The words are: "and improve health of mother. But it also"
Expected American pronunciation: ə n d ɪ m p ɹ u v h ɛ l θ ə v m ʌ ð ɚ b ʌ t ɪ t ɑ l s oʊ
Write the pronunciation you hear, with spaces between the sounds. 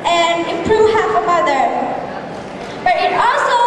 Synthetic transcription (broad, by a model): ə n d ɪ p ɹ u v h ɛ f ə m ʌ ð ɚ b ʌ t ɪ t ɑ l s oʊ